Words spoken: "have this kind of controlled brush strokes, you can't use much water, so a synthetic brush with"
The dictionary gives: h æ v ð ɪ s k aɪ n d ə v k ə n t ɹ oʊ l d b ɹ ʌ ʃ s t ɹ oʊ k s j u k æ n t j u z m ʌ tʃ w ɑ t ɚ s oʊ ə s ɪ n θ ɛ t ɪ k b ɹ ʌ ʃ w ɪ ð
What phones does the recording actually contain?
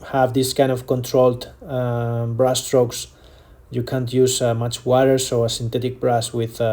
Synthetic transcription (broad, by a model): h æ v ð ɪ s k aɪ n d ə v k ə n t ɹ oʊ l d b ɹ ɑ s t ɹ oʊ k s j u k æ n t j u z m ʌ tʃ w ɑ t ɚ s oʊ ə s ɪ n t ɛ t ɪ k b ɹ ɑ s w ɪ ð